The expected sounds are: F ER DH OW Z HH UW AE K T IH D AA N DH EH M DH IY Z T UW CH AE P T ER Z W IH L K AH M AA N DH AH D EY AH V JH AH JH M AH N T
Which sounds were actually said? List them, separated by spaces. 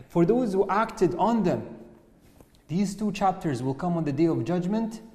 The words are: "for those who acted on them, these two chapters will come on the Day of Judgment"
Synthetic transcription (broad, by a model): F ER DH OW Z HH UW AE K T IH D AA N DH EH M DH IY Z T UW CH AE P T ER Z W IH L K AH M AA N DH AH D EY AH V JH AH JH M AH N T